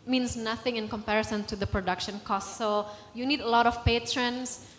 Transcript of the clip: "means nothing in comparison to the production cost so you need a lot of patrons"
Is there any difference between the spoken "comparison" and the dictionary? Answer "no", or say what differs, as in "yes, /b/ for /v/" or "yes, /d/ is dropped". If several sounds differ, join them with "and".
no